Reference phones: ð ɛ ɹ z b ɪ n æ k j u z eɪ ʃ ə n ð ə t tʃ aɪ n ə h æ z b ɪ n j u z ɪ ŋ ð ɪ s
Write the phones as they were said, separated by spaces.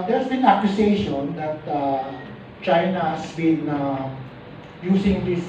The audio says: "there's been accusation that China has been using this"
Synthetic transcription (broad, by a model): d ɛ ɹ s b ɪ n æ k j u s eɪ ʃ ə n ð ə t tʃ aɪ n ə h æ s b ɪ n j u s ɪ ŋ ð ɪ s